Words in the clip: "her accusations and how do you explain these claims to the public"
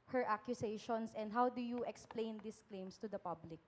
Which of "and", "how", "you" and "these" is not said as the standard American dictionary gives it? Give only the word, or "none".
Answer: these